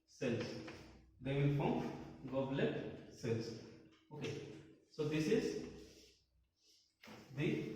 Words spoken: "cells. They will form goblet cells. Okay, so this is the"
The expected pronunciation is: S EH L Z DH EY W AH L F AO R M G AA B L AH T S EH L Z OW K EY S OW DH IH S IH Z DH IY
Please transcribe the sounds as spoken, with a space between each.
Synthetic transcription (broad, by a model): S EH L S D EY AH N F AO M G AA B L AH T S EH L S OW K EY S OW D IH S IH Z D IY